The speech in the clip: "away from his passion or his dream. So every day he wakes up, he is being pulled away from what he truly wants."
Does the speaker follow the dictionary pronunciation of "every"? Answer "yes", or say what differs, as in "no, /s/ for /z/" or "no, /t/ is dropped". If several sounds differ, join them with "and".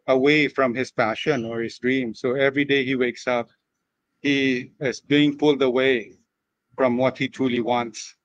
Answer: yes